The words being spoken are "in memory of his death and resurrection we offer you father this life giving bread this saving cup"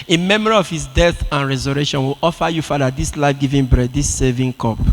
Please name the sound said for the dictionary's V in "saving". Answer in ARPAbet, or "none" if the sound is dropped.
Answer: V